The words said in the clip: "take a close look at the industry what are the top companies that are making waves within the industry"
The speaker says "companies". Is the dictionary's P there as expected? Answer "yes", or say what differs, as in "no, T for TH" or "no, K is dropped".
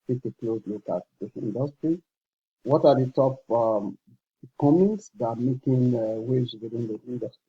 no, P is dropped